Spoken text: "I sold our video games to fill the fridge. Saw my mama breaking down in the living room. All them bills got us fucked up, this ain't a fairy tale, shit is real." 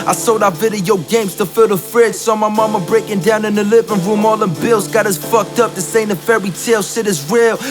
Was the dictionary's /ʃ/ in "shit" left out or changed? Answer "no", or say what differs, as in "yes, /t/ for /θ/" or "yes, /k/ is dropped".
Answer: yes, /s/ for /ʃ/